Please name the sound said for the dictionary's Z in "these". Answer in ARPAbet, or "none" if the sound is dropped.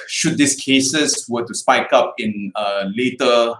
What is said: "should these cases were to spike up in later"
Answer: S